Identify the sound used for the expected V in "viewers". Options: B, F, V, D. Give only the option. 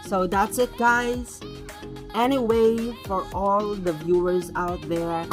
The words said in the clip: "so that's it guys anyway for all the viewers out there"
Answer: V